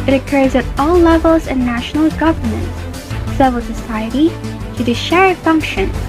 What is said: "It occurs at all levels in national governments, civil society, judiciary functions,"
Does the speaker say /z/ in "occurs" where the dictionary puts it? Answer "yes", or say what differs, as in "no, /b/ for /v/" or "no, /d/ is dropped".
yes